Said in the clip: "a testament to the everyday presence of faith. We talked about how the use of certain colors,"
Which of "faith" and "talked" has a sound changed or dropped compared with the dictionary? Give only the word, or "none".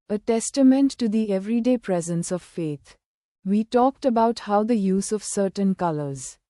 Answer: faith